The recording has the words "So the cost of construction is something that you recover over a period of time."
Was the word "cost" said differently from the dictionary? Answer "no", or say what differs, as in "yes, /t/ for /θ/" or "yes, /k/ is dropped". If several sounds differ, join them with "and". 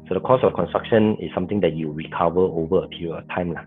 yes, /t/ is dropped